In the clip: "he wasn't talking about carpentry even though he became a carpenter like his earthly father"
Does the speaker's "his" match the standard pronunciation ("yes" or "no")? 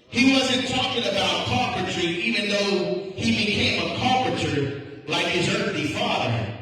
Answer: yes